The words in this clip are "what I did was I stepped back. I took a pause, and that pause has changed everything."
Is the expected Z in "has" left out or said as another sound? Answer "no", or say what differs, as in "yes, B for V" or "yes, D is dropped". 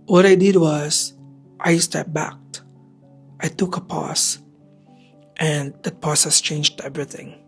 yes, S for Z